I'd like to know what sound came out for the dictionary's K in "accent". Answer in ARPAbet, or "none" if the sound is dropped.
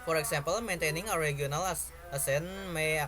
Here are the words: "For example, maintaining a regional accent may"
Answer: none